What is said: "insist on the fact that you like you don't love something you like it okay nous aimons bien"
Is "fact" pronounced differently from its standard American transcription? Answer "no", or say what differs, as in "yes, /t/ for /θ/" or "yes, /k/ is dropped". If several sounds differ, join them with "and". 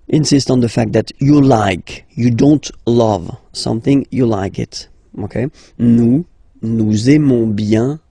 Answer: no